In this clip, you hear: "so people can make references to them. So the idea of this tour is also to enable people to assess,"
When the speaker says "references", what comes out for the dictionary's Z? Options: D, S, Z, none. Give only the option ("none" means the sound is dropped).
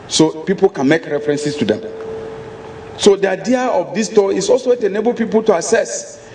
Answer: S